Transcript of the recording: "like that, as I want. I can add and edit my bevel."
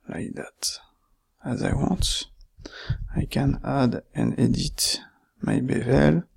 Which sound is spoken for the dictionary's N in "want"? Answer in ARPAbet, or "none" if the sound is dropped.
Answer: none